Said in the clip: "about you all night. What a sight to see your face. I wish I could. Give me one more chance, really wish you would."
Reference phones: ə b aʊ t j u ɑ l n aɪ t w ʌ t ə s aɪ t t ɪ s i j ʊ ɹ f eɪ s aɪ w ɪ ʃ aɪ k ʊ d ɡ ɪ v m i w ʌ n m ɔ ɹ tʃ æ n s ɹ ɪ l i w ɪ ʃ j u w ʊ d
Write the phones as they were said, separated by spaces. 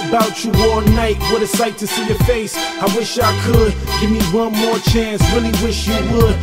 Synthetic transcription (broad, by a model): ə b aʊ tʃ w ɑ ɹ n aɪ t w ʌ t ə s aɪ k t ɪ s i j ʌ ɹ f eɪ s aɪ w ɪ ʃ aɪ k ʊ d ɡ ɪ v m i w ʌ n m ɔ ɹ tʃ æ n s w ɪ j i w ɪ ʃ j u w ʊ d